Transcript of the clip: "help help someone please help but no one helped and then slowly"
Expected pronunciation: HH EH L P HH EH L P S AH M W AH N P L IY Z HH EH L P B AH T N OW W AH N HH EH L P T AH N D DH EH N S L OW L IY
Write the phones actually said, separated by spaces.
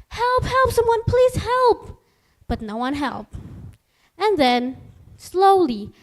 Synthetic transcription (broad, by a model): HH EH L P HH EH L P S AH M W AH N P L IY Z HH EH L P B AH T N OW W AH N HH EH L P AH N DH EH N S L OW L IY